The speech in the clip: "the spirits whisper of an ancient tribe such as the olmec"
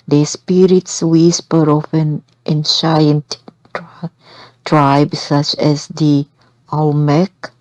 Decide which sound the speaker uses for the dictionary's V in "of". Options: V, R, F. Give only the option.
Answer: F